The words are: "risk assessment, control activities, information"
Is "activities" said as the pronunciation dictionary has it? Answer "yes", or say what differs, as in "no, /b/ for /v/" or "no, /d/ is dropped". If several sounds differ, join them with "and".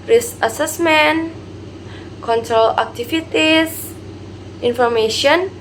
no, /f/ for /v/ and /s/ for /z/